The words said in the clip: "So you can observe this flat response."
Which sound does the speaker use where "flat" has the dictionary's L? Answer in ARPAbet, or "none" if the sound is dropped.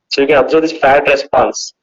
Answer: none